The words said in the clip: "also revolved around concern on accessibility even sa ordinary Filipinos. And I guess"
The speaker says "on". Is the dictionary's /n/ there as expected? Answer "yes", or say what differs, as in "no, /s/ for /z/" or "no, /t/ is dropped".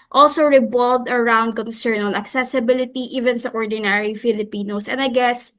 no, /l/ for /n/